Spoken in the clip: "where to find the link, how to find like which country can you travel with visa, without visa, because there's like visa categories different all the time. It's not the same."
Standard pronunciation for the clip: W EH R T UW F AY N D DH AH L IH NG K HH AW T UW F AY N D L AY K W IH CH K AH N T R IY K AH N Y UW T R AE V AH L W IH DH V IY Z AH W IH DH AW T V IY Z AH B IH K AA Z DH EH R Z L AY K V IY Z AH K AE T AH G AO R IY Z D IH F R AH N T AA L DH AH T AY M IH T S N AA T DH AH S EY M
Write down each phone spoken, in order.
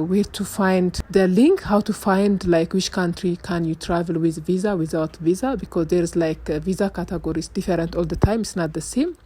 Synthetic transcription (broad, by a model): W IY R T UW F AY N D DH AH L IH NG K HH AW T UW F AY N D L AY K W IH CH K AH N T R IY K AH N Y UW T R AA V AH L W IH DH V IY Z AH W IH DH AW T V IY Z AH B IH K AA Z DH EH R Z L AY K V IY Z AH K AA T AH G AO R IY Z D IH F R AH N T AA L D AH T AY M IH T S N AA T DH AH S EY M